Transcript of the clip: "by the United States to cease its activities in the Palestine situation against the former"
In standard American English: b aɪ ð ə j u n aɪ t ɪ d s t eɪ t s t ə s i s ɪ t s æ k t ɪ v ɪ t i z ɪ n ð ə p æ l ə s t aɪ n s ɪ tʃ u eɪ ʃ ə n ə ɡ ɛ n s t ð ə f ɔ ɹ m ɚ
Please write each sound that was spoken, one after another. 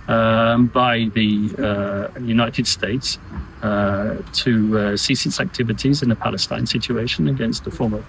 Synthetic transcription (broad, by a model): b aɪ ð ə j u n aɪ t ɪ d s t eɪ t s t ə s i s ɪ t s æ k t ɪ v ɪ t i z ɪ n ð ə p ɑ l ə s t aɪ n s ɪ tʃ u eɪ ʃ ə n ə ɡ ɛ n s t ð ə f ɔ m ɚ